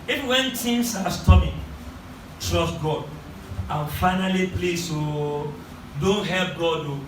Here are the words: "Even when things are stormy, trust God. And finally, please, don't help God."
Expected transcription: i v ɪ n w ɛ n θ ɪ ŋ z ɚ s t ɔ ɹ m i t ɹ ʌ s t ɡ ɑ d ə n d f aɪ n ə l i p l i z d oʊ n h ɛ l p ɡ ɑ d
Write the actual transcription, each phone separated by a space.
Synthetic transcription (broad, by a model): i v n w ɛ n t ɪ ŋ s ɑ s t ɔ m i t ɹ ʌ s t ɡ ɑ d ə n f aɪ n ə l i p l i s d oʊ n h ɛ l p ɡ ɑ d